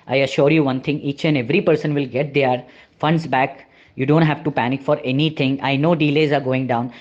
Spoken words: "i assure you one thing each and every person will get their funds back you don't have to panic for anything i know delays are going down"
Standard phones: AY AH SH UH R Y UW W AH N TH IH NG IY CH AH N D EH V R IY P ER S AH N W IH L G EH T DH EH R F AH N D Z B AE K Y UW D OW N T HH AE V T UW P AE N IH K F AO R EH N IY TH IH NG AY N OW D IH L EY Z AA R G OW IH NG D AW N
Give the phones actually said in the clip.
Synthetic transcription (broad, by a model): AY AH SH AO R Y UW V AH N T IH NG IY CH AH N D EH V R IY P ER S AH N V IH L G EH T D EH R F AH N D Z B AE K Y UW D OW N T HH AE V T UW P AE N IH K F AO R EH N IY T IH NG AY N OW D IH L EY Z AA R G OW IH NG D AW N